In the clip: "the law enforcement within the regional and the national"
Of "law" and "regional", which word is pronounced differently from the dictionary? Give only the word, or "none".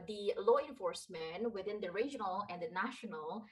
none